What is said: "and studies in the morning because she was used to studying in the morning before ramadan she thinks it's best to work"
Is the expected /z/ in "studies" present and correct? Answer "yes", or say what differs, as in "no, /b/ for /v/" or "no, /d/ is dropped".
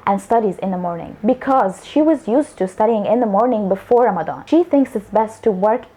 yes